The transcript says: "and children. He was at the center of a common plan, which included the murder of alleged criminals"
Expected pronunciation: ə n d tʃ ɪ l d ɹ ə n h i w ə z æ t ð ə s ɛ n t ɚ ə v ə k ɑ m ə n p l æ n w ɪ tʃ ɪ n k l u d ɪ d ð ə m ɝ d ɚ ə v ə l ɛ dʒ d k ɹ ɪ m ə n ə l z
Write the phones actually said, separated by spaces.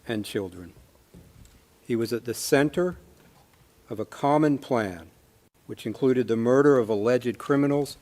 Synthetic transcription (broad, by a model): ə n tʃ ɪ l d ɹ ə n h i w ə z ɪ t ð ə s ɛ n t ɚ ə v ə k ɑ m ə n p l æ n w ɪ tʃ ɪ n k l u d ɪ d ð ə m ɝ d ɚ ə v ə l ɛ dʒ d k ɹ ɪ m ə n l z